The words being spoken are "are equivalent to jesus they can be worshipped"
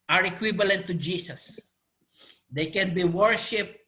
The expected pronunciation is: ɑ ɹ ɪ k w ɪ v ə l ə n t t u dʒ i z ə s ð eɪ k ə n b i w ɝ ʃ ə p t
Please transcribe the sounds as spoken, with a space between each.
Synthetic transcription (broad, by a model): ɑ ɹ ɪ k w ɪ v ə l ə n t t u dʒ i s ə s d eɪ k ə n b i w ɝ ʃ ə p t